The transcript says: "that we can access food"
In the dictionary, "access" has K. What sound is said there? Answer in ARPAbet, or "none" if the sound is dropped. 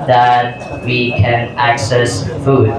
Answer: K